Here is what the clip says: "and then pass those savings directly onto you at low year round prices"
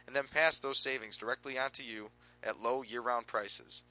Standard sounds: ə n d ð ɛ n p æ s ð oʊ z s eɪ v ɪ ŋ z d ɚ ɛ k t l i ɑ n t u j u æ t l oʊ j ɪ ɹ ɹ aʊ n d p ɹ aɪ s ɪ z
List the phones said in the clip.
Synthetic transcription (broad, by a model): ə n ð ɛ n p æ s ð oʊ z s eɪ v ɪ ŋ z d ɚ ɛ k t l i ɑ n t u j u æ t l oʊ j ɪ ɹ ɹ aʊ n p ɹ aɪ s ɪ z